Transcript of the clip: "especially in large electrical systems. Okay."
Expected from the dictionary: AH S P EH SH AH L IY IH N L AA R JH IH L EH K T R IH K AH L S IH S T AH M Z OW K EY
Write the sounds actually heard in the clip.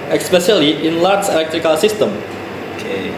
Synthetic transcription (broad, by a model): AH S P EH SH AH L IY IH N L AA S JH IH L EH K T R IH K AH L S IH S T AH M OW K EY